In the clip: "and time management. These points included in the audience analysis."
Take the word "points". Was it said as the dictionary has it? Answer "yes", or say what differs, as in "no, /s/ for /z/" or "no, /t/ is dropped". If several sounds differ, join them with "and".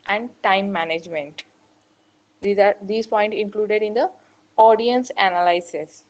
no, /s/ is dropped